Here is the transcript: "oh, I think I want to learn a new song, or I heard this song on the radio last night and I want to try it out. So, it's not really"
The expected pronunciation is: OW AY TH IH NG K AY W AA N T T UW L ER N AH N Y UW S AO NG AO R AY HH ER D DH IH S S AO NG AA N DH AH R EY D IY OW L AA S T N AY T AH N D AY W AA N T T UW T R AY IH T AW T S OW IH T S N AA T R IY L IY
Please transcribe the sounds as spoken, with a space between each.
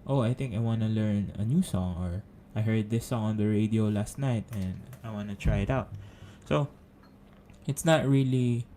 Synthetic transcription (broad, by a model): OW AY TH IH NG K AY W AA N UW L ER N AH N Y UW S AO NG AO R AY HH ER D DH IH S S AO NG AA N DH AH R EY D IY OW L AA S T N AY T AH N D AY W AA N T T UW T R AY IH T AW T S OW IH T S N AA T R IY L IY